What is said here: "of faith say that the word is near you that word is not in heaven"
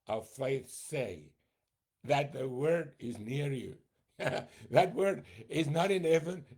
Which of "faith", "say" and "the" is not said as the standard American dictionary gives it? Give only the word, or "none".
none